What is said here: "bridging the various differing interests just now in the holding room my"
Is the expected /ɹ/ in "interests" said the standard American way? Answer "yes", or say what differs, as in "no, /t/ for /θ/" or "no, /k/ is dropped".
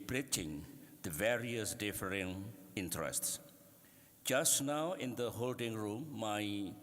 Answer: yes